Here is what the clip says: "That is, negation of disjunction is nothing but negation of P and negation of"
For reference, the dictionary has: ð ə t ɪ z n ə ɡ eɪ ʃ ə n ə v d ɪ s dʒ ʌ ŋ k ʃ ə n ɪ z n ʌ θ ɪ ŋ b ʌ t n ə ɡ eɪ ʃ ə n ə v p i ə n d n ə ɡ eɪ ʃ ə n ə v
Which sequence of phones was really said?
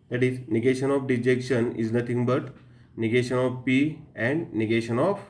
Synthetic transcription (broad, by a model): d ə t ɪ z n ə ɡ eɪ ʃ ə n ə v d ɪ dʒ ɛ k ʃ ə n ɪ z n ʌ t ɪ ŋ b ʌ t n ə ɡ eɪ ʃ ə n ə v p i ə n d n ə ɡ eɪ ʃ ə n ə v